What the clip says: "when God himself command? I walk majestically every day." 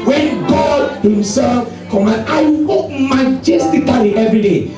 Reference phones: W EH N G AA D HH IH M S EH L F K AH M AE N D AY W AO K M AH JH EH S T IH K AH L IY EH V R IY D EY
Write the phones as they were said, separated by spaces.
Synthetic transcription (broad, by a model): W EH N G AA D HH IH M S EH L F K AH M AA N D AY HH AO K M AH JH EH S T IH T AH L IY EH V R IY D EY